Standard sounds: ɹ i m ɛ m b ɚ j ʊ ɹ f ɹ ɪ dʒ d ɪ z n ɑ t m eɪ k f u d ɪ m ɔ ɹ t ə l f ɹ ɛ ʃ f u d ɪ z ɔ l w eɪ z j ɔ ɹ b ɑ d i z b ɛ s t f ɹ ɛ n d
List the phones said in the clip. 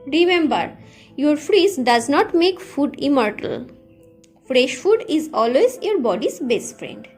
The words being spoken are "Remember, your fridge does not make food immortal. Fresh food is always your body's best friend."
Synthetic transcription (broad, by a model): ɹ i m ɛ m b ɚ j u ɹ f ɹ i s d ɪ z n ɑ t m eɪ k f u d ɪ m ɔ ɹ t ə l f ɹ ɛ ʃ f u d ɪ z ɔ l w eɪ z j ɔ ɹ b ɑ d i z b ɛ s t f ɹ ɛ n d